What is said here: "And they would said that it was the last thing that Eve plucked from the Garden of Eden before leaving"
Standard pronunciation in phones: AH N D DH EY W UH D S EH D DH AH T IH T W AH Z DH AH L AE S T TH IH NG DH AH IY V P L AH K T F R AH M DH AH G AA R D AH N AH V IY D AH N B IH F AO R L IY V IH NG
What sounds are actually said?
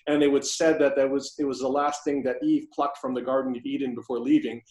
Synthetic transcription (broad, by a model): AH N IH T W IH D S EH D DH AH T IH T W AH Z DH AH L AE S T TH IH NG DH AH IY V P L AH K T F R AH M DH AH G AA R D N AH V IY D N B IH F AO R L IY V IH NG